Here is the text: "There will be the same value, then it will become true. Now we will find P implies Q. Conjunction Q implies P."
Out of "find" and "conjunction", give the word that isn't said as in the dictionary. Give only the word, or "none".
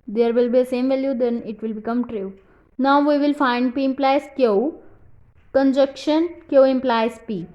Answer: conjunction